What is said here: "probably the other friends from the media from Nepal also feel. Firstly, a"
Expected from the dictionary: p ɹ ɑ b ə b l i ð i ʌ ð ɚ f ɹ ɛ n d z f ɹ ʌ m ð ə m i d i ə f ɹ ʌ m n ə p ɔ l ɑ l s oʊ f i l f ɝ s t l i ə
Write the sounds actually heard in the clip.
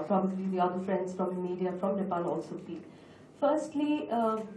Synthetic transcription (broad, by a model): p ɹ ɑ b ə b l i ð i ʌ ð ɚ f ɹ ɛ n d s f ɹ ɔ m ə m i d i ə f ɹ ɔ m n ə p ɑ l ɑ l s oʊ p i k f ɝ s t l i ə